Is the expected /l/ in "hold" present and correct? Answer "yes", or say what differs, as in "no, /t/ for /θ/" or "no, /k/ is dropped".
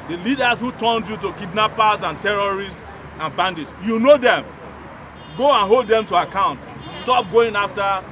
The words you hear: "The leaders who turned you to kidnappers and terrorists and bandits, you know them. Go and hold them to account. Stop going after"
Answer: yes